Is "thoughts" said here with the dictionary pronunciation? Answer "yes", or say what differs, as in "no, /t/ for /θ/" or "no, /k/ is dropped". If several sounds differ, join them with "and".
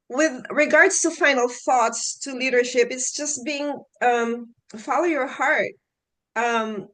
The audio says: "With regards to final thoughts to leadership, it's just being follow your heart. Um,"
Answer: yes